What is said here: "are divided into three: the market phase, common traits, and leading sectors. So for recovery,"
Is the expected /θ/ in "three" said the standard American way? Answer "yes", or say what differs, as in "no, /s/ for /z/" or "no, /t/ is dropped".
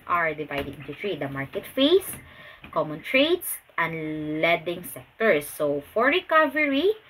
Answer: no, /t/ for /θ/